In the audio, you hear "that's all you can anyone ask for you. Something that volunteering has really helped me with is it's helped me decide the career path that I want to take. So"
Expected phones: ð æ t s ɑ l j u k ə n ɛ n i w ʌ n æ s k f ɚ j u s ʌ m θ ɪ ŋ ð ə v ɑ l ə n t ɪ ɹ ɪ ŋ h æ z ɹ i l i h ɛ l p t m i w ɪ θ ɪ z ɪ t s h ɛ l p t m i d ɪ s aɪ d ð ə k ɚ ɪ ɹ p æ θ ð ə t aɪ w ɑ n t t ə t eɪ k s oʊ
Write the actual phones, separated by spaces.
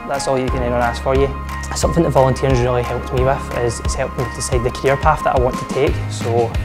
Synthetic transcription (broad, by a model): ð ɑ t s ɑ l j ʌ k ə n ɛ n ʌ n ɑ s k f ɚ j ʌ s ʌ m θ ɪ ŋ ð ə v ɑ l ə n t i ɹ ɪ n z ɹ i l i h ɛ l p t m i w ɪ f ɪ z ɪ t s h ɛ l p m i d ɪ s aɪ d ð ə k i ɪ ɹ p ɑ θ ð ə t aɪ w ɑ n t t ə t eɪ k s oʊ